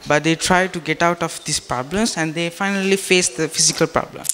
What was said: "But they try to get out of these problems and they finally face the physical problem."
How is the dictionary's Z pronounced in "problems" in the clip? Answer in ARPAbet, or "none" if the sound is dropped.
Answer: S